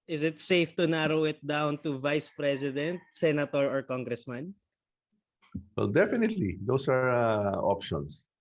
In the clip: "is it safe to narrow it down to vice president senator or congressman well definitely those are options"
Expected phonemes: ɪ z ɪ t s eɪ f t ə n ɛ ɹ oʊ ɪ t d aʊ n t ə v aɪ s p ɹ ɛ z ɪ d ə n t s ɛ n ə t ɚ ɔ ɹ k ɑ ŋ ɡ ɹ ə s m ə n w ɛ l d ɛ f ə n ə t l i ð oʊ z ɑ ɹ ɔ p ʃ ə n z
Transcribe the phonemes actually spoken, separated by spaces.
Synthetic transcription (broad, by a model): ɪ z ɪ t s eɪ f t ə n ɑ ɹ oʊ ɪ t d aʊ n t ə v aɪ s p ɹ ɛ s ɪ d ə n t s ɛ n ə t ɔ ɔ ɹ k ɑ ŋ ɡ ɹ ə s m ə n w ɛ l d ɛ f ə n ə t l i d oʊ s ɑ ɹ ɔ p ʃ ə n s